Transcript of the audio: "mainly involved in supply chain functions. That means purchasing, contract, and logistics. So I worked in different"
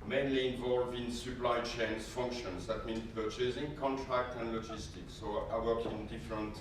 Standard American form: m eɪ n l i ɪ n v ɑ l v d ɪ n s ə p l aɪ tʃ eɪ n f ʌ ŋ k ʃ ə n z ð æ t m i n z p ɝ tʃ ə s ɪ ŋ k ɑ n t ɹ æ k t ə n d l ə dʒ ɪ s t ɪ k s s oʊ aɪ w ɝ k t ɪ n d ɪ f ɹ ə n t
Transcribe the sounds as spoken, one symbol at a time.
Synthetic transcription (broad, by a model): m eɪ n l i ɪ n v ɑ l v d ɪ n s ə p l aɪ tʃ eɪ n f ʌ ŋ k ʃ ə n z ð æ t m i n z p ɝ tʃ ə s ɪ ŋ k ɑ n t ɹ æ k t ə n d l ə dʒ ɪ s t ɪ k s s oʊ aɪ w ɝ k ɪ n d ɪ f ɹ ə n t